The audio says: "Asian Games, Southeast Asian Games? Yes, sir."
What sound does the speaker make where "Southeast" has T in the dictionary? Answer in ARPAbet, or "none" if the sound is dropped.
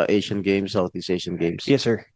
none